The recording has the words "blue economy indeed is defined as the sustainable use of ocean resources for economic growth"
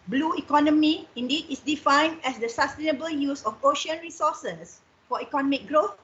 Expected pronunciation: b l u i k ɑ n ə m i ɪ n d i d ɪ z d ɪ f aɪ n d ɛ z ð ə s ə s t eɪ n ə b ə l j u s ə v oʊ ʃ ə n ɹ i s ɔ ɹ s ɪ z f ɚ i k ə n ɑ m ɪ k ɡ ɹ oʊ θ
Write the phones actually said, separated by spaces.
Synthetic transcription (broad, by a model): b l u i k ɑ n ə m i ɪ n d i d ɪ s d ɪ f aɪ n d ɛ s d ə s ə s t eɪ n ə b ə l j u s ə f oʊ ʃ ə n ɹ i s ɔ s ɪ s f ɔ i k ə n ɑ m ɪ k ɡ ɹ oʊ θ